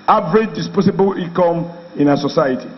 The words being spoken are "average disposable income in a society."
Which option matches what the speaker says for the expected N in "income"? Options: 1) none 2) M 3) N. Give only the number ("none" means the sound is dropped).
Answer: 1